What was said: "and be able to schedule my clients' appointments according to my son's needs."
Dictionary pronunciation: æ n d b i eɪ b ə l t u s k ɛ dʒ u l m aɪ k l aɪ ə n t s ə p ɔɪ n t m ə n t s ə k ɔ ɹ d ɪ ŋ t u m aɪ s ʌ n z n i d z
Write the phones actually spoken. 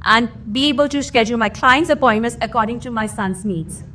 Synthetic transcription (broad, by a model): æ n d b i eɪ b ə l t u s k ɛ dʒ u l m aɪ k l aɪ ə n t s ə p ɔɪ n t m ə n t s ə k ɔ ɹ d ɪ ŋ t u m aɪ s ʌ n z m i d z